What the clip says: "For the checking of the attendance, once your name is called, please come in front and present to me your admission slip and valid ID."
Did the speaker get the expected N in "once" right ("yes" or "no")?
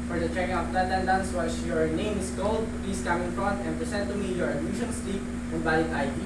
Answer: no